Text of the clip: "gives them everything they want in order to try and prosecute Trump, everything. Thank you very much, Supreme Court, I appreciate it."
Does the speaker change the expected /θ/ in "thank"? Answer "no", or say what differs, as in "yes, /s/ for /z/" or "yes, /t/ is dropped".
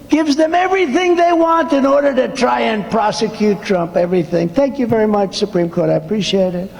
no